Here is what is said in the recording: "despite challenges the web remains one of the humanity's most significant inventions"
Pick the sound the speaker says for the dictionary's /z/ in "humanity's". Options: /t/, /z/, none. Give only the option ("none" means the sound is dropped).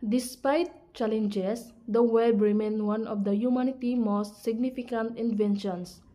none